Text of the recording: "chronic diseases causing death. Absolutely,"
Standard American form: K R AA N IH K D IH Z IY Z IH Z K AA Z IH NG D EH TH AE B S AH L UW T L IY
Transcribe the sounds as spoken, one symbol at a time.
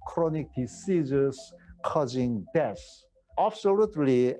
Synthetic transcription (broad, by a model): K R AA N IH K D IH S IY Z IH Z K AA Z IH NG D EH S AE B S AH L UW T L IY